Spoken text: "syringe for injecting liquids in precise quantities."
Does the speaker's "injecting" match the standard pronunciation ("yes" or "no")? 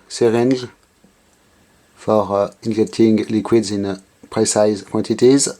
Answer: no